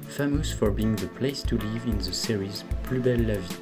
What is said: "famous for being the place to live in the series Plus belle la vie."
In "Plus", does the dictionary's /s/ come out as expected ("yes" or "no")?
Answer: no